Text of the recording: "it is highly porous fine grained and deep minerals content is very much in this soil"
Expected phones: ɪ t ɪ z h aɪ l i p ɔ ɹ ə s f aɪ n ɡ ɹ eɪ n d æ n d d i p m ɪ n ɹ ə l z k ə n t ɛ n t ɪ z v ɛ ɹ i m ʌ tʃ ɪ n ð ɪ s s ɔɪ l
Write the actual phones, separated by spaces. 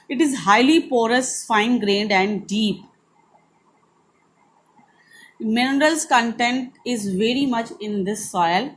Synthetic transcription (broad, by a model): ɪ t ɪ z h aɪ l i p ɔ ɹ ə s f aɪ n ɡ ɹ eɪ n d æ n d d i p m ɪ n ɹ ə l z k ə n t ɛ n t ɪ z v ɛ ɹ i m ʌ tʃ ɪ n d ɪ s s ɔɪ l